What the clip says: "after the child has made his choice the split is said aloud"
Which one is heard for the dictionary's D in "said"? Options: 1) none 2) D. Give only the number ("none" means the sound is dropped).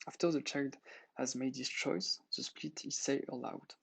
1